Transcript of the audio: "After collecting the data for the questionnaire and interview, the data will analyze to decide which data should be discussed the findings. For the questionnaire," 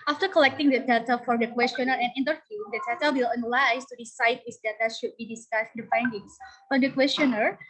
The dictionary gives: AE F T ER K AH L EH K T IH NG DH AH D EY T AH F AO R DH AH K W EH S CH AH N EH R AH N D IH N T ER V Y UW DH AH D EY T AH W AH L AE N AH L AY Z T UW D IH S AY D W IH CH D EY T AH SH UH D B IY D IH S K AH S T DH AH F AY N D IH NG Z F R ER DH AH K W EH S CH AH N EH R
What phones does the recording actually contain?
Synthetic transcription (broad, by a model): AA F T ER K AH L EH K T IH NG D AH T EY T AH F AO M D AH K W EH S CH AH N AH R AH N IH N T ER V Y UW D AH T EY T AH W AH L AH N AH L AY S T UW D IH S AY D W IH S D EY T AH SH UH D B IY D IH S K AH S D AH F AY N D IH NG S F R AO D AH K W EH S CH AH N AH R